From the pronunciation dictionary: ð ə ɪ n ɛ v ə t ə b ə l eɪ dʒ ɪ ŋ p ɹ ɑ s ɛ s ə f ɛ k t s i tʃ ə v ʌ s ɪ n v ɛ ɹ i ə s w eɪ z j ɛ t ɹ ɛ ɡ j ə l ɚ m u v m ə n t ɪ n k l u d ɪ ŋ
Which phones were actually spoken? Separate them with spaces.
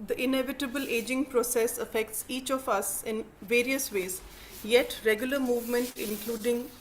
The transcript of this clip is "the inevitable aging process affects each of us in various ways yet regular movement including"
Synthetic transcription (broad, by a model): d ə ɪ n ɛ v ə t ə b ə l eɪ dʒ ɪ ŋ p ɹ ɑ s ɛ s ə f ɛ k t s i tʃ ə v ʌ s ɪ n v ɛ ɹ i ə s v eɪ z j ɛ t ɹ ɛ ɡ j ə l ɚ m u v m ə n t ɪ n k l u d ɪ ŋ